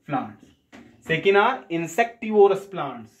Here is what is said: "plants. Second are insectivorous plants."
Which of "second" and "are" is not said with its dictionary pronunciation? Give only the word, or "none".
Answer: none